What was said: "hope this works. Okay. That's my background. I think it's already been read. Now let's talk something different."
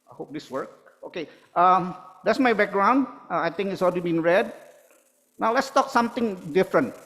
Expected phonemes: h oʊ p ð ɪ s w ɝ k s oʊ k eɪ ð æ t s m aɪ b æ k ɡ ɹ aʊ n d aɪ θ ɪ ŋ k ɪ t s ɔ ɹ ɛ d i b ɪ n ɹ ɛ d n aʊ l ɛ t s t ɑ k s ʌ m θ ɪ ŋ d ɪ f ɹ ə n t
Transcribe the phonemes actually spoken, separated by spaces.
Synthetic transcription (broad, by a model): h oʊ p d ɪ s w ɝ k oʊ k eɪ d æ t s m aɪ b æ k ɡ ɹ aʊ n d aɪ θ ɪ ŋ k ɪ t s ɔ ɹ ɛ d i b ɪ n ɹ ɛ d n aʊ l ɛ t s t ɑ k s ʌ m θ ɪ ŋ d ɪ f ɹ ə n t